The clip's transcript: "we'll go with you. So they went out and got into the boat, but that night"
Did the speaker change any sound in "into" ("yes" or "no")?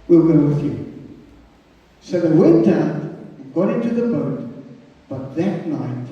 no